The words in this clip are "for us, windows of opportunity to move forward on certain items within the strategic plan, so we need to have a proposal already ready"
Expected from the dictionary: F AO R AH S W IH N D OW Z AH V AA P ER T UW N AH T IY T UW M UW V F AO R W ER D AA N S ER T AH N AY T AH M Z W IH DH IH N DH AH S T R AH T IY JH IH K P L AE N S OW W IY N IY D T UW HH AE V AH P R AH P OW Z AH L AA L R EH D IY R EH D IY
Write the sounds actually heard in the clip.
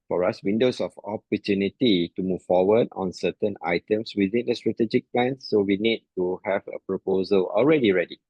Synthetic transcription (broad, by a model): F AO R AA S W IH N D OW S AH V AA P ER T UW N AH T IY T UW M UW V F AO W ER D AA N S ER T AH N AY T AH M S W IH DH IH N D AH S T R AH T IY JH IH K P L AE N S OW W IY N IY D T UW HH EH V AH P R AH P OW Z AH L AA L R EH D IY R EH D IY